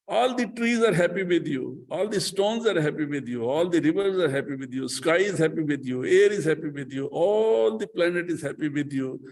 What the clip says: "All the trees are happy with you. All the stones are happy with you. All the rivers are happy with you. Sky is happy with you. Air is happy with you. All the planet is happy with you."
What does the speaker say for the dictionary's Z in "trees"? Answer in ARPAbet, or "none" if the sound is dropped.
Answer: Z